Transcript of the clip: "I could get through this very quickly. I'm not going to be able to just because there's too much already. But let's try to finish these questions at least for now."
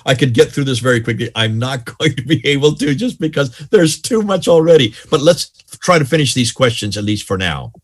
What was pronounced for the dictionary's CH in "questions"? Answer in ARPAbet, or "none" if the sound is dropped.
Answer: CH